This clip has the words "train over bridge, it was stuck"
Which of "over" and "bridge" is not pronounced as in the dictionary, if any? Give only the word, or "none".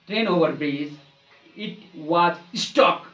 bridge